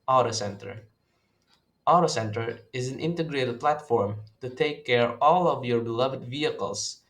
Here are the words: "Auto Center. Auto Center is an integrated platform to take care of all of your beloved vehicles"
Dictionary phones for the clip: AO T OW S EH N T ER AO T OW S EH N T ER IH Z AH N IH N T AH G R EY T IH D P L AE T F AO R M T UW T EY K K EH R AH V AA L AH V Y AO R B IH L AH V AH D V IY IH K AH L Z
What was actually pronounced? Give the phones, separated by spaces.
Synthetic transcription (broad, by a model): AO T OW S EH N T ER AO T OW S EH N T ER IH Z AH N IH N T AH G R EY T IH D P L AE T F AO R M T UW T EY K K EH R AA L AH V Y AO R B IH L AH V AH D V IY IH K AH L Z